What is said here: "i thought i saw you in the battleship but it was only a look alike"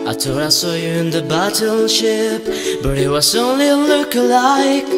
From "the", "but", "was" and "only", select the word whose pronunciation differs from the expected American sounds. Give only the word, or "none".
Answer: none